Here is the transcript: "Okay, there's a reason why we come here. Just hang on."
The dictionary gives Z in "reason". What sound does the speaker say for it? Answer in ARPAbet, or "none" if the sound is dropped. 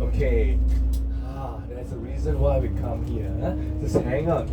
Z